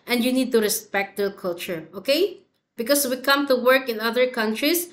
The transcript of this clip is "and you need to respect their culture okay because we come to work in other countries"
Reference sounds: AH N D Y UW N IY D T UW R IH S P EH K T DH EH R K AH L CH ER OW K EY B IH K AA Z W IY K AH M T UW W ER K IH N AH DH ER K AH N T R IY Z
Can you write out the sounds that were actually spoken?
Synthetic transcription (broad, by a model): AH N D Y UW N IY D T UW R IH S P EH K T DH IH L K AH L CH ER OW K EY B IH K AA S W IY K AH M T UW W ER K IH N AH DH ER K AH N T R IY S